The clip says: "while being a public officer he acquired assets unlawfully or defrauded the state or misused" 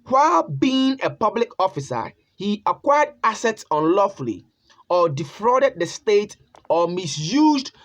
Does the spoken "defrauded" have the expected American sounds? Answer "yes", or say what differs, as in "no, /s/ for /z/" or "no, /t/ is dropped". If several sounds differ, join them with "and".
yes